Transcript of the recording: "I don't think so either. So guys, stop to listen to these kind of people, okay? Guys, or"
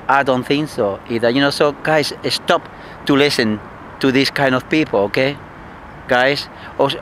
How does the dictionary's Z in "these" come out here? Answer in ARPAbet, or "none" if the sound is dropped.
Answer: S